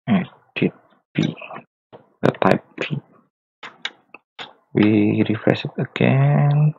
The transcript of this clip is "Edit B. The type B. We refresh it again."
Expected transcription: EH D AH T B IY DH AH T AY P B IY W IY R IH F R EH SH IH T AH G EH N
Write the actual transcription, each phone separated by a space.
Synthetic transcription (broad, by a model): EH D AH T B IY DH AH T AY P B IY W IY R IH F R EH S IH T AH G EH N